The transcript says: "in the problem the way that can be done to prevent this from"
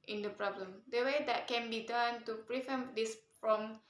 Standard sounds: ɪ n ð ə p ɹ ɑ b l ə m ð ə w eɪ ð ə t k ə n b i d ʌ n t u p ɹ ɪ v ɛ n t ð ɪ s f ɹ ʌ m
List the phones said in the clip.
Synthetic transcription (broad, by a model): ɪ n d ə p ɹ ɑ b l ə m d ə w eɪ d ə t k ə n b i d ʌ n t u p ɹ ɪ f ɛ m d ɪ s f ɹ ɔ m